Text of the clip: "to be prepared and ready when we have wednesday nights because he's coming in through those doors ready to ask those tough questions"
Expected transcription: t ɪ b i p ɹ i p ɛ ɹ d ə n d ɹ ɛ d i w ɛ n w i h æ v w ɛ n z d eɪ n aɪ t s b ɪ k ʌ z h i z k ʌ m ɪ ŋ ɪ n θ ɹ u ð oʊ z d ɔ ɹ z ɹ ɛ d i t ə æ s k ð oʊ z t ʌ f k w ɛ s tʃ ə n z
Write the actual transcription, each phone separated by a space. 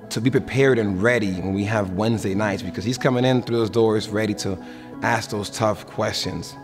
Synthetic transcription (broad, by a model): t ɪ b i p ɹ i p ɛ ɹ d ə n ɹ ɛ d i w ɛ n w i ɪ v w ɛ n z d eɪ n aɪ t s b ɪ k ʌ z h i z k ʌ m ɪ ŋ ɪ n θ ɹ u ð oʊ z d ɔ ɹ z ɹ ɛ d i t ə æ s k ð oʊ z t ʌ f k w ɛ s tʃ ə n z